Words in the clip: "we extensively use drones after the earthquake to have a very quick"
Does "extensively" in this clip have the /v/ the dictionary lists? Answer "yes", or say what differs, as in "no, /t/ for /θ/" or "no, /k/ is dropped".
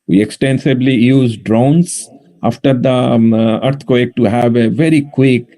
no, /b/ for /v/